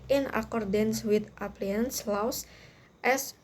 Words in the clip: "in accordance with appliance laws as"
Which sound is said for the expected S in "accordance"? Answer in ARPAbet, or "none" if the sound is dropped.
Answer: S